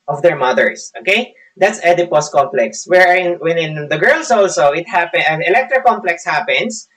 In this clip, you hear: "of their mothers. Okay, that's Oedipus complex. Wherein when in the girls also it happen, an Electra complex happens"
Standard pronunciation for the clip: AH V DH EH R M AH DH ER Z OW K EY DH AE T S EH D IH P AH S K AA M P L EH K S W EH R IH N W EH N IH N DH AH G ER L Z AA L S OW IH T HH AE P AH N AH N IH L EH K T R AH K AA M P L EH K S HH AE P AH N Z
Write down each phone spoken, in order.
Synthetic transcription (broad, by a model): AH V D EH R M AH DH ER S OW K EY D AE T S EH D IH P AH S K AA M P L EH K S W EH R IH N W EH N IH N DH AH G ER L S AA L S OW IH T HH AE P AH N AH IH L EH K T R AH K AA M P L EH K S HH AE P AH N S